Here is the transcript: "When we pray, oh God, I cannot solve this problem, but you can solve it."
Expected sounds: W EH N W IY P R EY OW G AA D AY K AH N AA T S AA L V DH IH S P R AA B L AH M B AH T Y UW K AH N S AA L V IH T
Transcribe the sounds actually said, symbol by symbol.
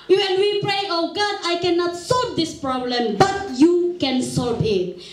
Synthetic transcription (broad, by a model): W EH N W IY P R EY OW G AA D AY K AH N AA T S AA L V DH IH S P R AA B L AH M B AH T Y UW K AH N S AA L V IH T